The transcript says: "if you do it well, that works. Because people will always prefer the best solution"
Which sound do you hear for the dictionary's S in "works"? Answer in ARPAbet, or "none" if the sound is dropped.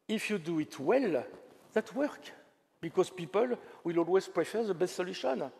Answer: none